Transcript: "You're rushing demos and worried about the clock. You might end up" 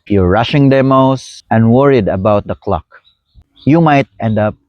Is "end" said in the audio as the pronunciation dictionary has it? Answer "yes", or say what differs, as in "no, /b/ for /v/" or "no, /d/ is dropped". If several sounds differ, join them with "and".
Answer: yes